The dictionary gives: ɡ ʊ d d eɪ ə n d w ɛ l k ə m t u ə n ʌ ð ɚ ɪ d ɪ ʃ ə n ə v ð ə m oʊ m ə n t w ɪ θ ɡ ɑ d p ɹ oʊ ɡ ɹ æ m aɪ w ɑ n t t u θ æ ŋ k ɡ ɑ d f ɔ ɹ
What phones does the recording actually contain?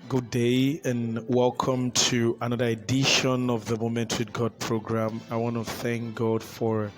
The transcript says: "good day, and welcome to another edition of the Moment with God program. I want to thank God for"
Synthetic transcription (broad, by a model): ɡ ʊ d d eɪ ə n w ɛ l k ə m t u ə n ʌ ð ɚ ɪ d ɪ ʃ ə n ə v ð ə m oʊ m ə n t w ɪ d ɡ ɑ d p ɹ oʊ ɡ ɹ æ m aɪ w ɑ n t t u θ æ ŋ k ɡ ɑ d f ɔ ɹ